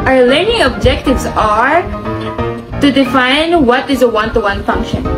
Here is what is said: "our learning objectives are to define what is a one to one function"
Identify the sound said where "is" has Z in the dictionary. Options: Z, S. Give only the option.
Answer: Z